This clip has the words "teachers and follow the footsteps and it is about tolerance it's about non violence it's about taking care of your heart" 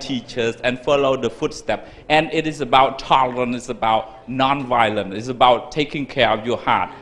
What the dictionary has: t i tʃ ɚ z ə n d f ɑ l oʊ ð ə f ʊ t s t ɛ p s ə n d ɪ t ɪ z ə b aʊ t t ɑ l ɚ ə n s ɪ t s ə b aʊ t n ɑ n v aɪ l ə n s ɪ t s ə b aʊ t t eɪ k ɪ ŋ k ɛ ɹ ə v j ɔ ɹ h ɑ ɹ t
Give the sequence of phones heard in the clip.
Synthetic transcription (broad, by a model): t i tʃ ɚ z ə n f ɑ l oʊ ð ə f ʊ t s t ɛ p ə n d ɪ t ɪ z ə b aʊ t t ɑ l ɚ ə n ɪ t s ə b aʊ t n ɑ n v aɪ l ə n ɪ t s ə b aʊ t t eɪ k ɪ ŋ k ɛ ɹ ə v j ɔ h ɑ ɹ t